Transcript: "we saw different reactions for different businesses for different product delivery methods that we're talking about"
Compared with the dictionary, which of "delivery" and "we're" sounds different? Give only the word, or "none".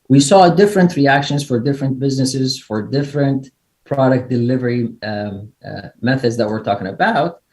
none